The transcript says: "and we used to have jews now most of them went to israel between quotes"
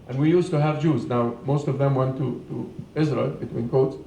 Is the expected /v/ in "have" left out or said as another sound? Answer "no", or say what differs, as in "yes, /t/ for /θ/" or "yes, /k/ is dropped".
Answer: no